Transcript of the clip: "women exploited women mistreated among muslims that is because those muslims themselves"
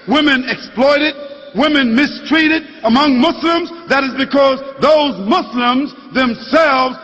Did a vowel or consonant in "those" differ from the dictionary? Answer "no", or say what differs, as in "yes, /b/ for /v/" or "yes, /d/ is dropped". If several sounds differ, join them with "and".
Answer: no